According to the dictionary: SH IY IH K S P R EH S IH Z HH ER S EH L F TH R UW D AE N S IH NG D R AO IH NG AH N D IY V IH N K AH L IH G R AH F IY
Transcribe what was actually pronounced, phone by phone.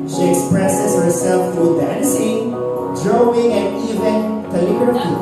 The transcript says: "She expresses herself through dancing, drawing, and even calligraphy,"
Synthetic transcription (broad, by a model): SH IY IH K S P R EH S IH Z HH ER S EH L F T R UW D AE N S IH NG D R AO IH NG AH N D IY V IH N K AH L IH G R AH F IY